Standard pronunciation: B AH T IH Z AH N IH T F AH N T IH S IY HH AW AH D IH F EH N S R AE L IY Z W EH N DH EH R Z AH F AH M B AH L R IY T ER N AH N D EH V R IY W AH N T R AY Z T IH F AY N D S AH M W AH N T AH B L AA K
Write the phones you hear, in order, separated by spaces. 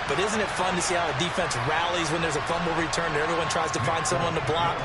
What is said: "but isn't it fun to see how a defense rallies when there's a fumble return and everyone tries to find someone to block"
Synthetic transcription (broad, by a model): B AH T IH Z AH N IH T F AH N T IH S IY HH AW AH D IH F EH N S R AE L IY Z W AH N DH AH R Z AH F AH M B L R IY T ER N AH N EH V R IY W AH N T R AY Z T IH F AY N D S AH M W AH N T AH B L AA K